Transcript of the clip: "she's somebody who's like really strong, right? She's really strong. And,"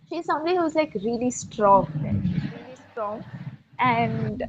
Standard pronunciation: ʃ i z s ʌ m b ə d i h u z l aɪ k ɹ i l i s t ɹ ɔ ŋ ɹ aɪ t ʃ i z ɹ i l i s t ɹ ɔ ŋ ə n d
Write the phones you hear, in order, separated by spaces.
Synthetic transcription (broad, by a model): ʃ i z s ʌ m b ə d i h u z l aɪ k ɹ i l i s t ɹ ɔ ŋ l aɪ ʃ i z ɹ i l i s t ɹ ɔ ŋ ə n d